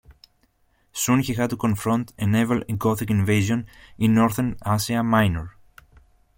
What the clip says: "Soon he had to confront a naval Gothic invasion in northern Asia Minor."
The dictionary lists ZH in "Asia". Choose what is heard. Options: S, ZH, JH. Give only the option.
S